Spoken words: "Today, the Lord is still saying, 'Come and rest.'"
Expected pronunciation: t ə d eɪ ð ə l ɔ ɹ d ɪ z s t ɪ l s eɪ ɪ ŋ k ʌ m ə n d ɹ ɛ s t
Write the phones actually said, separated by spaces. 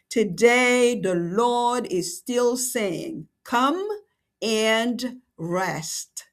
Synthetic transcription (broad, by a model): t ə d eɪ ð ə l ɔ ɹ d ɪ z s t ɪ l s eɪ ɪ ŋ k ʌ m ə n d ɹ ɛ s t